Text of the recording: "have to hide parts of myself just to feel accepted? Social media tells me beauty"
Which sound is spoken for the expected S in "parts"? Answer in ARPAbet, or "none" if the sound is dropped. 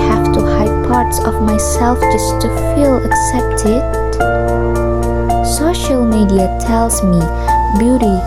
S